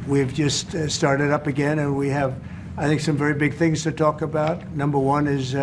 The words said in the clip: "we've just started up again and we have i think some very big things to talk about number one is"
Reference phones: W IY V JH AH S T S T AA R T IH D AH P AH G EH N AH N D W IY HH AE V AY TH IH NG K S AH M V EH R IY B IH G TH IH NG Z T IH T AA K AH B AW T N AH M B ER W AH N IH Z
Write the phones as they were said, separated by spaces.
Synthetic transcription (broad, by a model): W IY V JH AH S T S T AA R T IH D AH P AH G EH N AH N W IY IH V AY TH IH NG K S AH M V EH R IY B IH G TH IH NG Z T IH T AA K AH B AW T N AH M B ER W AH N IH Z